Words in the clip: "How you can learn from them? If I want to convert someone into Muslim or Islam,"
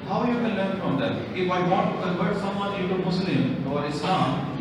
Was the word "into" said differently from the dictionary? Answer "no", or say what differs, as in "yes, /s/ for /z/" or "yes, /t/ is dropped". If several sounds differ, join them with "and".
yes, /n/ is dropped